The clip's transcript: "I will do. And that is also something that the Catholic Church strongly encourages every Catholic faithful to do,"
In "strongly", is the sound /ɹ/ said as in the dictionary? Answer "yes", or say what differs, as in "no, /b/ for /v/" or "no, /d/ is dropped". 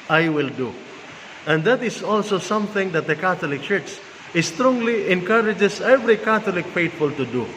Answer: yes